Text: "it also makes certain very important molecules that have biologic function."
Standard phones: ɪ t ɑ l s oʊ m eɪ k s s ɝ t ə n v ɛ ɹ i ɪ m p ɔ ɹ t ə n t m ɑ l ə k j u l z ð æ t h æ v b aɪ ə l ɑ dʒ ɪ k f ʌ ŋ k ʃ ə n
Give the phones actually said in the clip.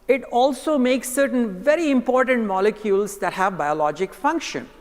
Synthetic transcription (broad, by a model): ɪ t ɑ l s oʊ m eɪ k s s ɝ t ə n v ɛ ɹ i ɪ m p ɔ ɹ t ə n t m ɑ l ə k j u l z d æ t h æ v b aɪ ə l ɑ dʒ ɪ k f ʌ ŋ k ʃ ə n